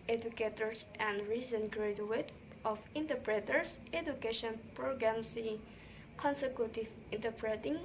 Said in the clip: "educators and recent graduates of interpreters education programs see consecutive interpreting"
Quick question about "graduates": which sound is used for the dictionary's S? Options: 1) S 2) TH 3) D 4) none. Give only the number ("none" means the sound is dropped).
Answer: 4